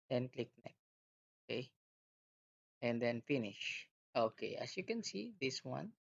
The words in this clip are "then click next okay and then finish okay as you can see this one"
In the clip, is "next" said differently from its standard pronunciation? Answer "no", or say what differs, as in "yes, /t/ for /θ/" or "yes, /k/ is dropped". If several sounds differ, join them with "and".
yes, /s/ is dropped